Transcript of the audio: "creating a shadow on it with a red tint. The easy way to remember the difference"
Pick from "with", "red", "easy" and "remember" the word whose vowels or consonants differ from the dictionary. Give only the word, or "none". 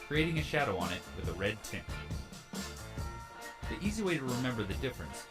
none